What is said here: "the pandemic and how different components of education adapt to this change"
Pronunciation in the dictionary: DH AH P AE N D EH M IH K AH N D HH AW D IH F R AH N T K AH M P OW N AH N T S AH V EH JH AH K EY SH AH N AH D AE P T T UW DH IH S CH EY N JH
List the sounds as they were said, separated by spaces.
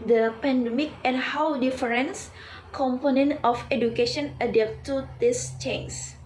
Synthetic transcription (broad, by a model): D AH P AE N D EH M IH K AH N HH AW D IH F R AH N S K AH M P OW N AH N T AH F EH JH AH K EY SH AH N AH D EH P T T UW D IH S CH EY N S